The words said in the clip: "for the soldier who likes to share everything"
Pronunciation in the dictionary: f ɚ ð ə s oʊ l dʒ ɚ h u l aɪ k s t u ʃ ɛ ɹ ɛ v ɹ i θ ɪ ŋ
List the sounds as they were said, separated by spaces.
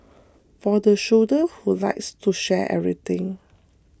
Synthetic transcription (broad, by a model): f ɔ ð ə ʃ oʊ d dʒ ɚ h u l aɪ k s t u ʃ ɛ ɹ ɛ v ɹ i t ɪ ŋ